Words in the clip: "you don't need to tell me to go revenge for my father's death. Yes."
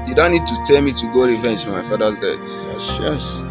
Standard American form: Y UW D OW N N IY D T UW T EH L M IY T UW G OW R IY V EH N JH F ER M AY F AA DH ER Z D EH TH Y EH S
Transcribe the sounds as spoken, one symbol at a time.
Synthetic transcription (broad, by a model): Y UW D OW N N IY D T UW T EH L M IY T UW G OW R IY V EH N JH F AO M AY F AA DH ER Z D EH S Y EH S